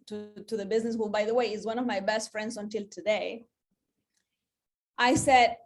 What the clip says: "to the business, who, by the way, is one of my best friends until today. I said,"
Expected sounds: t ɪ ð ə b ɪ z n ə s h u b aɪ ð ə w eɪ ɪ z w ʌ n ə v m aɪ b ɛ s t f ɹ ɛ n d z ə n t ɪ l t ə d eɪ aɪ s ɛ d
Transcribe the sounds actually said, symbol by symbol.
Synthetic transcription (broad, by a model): t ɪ ð ə b ɪ z n ə s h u b aɪ ð ə w eɪ ɪ z w ʌ n ə v m aɪ b ɛ s t f ɹ ɛ n d z ə n t ɪ l t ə d eɪ aɪ s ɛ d